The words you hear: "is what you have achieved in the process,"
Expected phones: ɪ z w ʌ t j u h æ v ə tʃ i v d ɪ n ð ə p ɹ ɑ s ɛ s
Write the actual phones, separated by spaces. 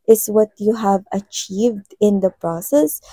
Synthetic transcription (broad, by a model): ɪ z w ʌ t j u h æ v ə tʃ i v d ɪ n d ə p ɹ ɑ s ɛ s